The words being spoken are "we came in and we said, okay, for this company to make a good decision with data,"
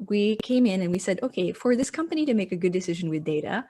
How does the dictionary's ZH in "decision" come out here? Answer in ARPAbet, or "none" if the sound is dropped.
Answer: ZH